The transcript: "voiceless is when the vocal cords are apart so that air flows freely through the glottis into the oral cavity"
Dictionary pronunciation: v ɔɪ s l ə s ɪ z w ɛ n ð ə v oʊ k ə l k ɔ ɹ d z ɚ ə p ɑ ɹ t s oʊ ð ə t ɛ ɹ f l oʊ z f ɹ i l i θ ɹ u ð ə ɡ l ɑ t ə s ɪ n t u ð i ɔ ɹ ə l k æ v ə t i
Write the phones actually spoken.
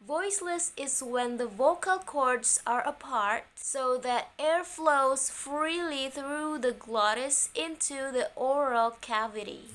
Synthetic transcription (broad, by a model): v ɔɪ s l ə s ɪ z w ɛ n ð ə v oʊ k ə l k ɔ ɹ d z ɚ ə p ɑ ɹ t s oʊ ð ə t ɛ ɹ f l oʊ z f ɹ i l i θ ɹ u ð ə ɡ l ɑ t ə s ɪ n t u ð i ɔ ɹ ə l k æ v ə t i